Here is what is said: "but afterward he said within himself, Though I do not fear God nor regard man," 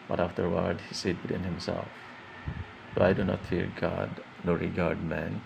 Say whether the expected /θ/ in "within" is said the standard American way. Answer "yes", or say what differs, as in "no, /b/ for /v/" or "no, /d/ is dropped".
no, /t/ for /θ/